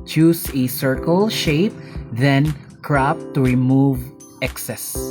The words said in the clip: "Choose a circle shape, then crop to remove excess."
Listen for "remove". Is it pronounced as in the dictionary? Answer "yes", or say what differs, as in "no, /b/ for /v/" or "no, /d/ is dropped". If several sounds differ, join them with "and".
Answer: yes